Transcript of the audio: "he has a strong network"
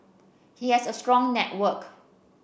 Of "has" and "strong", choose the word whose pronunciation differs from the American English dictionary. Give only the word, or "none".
has